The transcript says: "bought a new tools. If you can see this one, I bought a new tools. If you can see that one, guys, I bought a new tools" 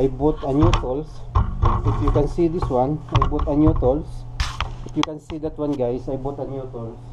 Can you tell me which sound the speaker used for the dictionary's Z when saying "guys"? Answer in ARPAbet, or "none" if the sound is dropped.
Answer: S